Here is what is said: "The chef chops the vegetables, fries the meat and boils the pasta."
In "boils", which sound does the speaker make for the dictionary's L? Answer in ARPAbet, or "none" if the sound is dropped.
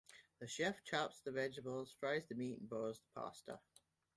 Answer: none